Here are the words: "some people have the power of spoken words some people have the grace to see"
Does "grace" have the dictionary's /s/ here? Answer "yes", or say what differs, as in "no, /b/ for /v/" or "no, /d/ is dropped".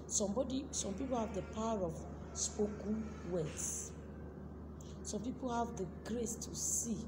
yes